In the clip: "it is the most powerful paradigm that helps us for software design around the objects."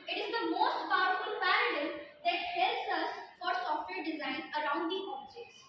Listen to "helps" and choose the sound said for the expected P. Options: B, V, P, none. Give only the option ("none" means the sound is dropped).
none